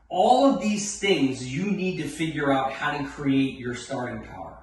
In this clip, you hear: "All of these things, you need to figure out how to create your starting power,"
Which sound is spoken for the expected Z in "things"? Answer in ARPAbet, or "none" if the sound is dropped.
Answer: Z